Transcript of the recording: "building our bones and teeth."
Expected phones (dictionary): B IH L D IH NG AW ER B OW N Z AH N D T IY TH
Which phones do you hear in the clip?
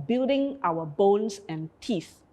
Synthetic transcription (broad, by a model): B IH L D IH NG AW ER B OW N S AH N T IY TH